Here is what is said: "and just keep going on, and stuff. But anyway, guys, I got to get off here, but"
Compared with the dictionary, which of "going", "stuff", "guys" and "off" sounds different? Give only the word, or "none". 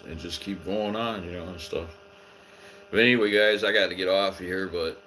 none